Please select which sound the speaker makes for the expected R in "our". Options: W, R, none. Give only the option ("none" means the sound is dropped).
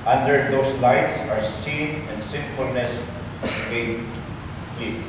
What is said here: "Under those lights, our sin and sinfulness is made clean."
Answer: R